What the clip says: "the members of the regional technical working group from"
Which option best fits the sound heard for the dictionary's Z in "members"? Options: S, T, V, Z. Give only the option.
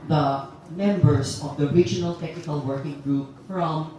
S